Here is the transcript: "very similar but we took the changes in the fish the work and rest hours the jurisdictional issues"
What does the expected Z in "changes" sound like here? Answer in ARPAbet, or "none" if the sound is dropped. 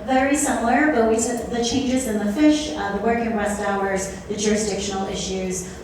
Z